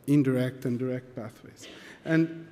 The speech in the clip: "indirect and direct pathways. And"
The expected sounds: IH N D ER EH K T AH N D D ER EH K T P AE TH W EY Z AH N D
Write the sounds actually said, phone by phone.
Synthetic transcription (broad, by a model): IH N D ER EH K T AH N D D ER EH K T B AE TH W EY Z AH N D